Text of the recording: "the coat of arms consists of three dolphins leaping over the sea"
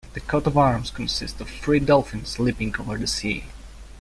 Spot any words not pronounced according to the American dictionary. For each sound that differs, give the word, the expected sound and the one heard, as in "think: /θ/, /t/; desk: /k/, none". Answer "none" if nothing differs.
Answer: three: /θ/, /f/